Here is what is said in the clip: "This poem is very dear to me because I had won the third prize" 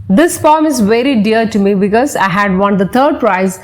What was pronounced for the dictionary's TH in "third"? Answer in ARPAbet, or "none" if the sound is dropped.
T